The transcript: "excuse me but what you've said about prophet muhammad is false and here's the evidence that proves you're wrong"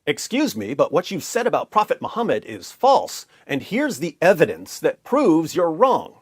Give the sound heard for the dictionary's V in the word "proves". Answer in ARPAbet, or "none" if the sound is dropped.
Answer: V